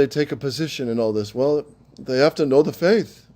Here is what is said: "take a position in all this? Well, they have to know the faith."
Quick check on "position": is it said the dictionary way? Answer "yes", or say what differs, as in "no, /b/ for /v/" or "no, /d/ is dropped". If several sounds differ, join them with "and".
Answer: yes